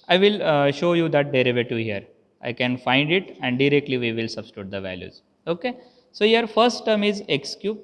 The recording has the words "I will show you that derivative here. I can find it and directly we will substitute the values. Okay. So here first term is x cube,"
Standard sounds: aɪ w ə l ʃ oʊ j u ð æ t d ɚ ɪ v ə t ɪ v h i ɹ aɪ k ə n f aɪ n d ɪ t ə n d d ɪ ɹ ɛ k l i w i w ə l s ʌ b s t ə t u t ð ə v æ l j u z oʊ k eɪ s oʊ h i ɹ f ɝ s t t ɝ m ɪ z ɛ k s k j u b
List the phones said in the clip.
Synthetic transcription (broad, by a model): aɪ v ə l ʃ oʊ j u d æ t d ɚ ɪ v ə t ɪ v h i ɹ aɪ k ə n f aɪ n d ɪ t ə n d d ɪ ɹ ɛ k l i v i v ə l s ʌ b s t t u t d ə v æ l j u z oʊ k eɪ s oʊ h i ɹ f ɝ s t t ɝ m ɪ z ɛ k s k j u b